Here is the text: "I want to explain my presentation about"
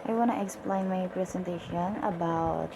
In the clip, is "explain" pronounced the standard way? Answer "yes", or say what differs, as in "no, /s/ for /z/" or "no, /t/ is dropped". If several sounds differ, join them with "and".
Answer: yes